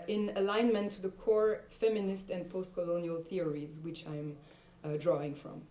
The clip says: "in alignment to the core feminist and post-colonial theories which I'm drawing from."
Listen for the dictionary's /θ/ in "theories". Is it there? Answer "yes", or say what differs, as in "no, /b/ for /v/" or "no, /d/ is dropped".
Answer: yes